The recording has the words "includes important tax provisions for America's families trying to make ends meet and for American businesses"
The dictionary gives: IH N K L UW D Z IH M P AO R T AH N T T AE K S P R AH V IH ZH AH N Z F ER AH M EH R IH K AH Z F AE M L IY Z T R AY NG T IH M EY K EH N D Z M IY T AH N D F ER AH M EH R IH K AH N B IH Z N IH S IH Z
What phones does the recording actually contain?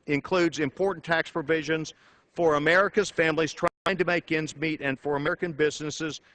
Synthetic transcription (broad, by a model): IH N K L UW D Z IH M P AO R T N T T AE K S P R AH V IH ZH AH N Z F ER AH M EH R IH K AH Z F AE M L IY Z T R AY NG T IH M EY K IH N Z M IY T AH N F ER AH M EH R IH K AH N B IH Z N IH S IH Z